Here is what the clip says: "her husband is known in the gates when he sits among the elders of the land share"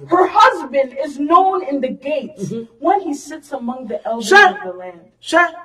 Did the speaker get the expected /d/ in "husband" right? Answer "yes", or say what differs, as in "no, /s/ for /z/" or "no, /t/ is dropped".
yes